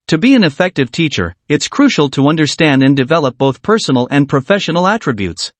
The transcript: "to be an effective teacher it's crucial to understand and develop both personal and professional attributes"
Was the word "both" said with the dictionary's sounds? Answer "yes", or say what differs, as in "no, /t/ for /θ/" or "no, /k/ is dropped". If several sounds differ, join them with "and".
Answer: yes